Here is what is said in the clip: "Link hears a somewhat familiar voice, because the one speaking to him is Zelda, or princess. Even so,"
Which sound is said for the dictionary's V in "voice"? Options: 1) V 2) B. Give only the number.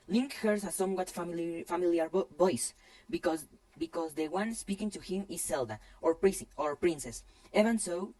2